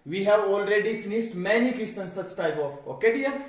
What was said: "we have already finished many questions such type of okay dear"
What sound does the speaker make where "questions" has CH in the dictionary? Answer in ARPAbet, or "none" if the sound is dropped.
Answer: none